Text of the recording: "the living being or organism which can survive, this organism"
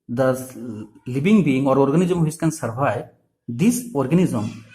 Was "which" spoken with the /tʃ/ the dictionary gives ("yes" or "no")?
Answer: no